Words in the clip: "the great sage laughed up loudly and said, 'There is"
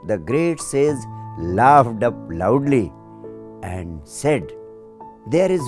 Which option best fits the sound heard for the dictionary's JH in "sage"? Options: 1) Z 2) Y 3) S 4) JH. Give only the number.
1